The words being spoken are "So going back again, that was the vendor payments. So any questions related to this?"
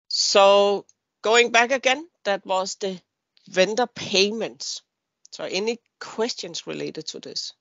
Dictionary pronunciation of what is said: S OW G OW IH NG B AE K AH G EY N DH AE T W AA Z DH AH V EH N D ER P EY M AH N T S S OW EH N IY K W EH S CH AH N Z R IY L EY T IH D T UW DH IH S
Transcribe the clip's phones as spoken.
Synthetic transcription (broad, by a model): S OW G OW IH NG B AE K AH G EY N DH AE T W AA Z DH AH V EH N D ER P EY M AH N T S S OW EH N IY K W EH S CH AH N S R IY L EY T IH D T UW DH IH S